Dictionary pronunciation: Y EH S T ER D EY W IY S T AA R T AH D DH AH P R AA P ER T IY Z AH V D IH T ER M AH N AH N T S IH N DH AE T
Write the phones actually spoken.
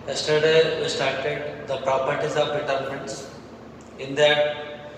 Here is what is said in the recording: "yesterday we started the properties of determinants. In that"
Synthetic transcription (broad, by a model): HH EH S T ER D EY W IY S T AA R T AH D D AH P R AA P ER T IY Z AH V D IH T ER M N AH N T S IH N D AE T